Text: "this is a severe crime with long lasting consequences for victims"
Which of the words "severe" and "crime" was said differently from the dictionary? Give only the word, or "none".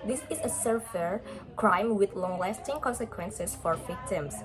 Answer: severe